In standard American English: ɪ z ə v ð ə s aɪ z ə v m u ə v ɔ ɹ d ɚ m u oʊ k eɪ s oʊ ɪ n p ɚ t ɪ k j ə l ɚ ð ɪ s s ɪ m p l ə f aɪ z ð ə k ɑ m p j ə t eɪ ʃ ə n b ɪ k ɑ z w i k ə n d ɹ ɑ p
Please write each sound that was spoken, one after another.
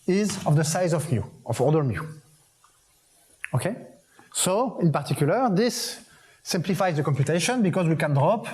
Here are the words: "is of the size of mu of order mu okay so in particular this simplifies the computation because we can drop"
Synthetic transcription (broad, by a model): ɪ z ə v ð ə s aɪ z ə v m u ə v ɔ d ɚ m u oʊ k eɪ s oʊ ɪ n p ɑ t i k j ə l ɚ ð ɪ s s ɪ m p l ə f aɪ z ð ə k ɑ m p j ə t eɪ ʃ ə n b ɪ k ɑ z w i k ə n d ɹ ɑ p